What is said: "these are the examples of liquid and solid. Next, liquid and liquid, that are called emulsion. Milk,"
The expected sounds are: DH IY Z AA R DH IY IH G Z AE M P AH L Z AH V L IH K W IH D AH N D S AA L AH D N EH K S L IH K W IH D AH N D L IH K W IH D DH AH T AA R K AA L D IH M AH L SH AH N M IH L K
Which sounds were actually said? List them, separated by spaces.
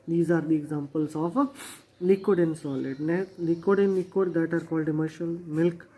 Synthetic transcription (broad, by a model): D IY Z AA R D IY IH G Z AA M P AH L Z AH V L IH K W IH D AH N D S AA L AH D N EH L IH K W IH D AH N L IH K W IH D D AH T AA R K AA L D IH M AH SH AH L M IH L K